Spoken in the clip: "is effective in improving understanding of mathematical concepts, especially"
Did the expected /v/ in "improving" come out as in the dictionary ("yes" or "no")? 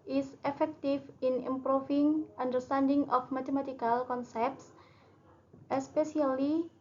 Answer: no